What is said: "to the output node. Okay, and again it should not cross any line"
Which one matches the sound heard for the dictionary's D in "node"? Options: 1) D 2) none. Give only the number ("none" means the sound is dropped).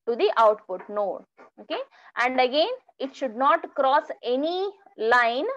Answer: 2